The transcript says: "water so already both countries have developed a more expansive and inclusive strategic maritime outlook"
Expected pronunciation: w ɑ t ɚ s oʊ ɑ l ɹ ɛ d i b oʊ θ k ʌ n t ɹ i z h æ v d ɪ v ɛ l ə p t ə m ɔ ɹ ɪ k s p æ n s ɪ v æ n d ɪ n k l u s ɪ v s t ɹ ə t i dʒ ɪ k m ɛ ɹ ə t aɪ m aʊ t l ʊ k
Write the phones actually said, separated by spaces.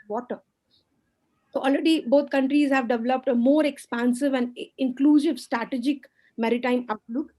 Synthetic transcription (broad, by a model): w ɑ t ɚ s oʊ ɑ l ɹ ɛ d i b oʊ t k ʌ n t ɹ i z h æ v d ɪ v ɛ l ə p t ə m ɔ ɹ ɪ k s p æ n s ɪ v æ n d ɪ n k l u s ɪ v s t ɹ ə t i dʒ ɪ k m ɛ ɹ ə t aɪ m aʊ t l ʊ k